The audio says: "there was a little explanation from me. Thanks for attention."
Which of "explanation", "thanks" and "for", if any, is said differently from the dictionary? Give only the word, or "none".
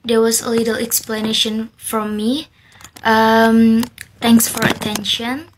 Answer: thanks